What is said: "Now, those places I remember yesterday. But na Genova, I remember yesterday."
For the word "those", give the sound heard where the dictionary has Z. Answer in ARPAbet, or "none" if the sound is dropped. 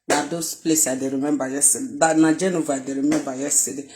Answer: S